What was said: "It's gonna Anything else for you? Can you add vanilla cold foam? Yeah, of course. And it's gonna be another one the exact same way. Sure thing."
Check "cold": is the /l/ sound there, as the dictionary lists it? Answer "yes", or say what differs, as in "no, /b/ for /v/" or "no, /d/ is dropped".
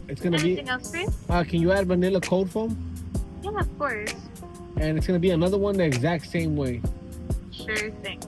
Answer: no, /l/ is dropped